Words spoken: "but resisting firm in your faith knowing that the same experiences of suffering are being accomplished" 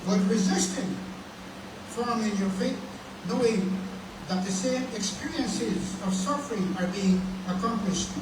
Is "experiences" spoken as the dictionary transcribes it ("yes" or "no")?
yes